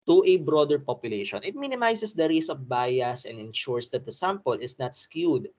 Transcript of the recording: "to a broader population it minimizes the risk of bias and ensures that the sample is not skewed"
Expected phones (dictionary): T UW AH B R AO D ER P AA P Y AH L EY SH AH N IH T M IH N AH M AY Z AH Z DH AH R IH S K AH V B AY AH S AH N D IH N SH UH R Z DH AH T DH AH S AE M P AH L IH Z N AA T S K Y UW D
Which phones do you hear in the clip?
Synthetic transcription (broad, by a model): T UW AH B R AO D ER P AA P Y AH L EY SH AH N IH T M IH N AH M AY S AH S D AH R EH S AH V B AY AH S AH N D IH N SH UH R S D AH T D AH S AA M P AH L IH S N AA T S K Y UW D